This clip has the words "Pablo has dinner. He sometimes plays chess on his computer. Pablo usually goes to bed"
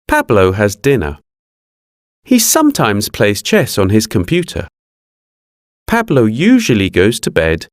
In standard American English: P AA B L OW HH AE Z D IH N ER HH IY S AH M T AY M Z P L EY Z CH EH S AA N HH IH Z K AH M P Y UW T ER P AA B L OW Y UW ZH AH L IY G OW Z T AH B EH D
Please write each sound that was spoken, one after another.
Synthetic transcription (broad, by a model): P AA B L OW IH Z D IH N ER HH IY S AH M T AY M Z P L EY Z CH EH S N IH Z K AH M P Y UW T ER P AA B L OW Y UW ZH AH L IY G OW Z T AH B EH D